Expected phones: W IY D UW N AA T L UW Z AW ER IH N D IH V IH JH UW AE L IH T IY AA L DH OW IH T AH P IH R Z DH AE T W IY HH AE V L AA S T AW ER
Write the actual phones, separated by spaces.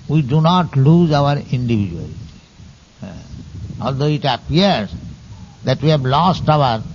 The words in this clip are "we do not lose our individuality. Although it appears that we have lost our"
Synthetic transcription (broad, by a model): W IY D UW N AA T L UW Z AW ER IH N D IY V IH JH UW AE L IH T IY AA L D OW IH T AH P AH R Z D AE T W IY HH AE B L AA S T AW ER